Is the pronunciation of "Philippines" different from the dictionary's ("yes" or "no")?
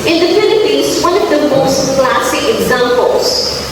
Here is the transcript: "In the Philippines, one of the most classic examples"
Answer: yes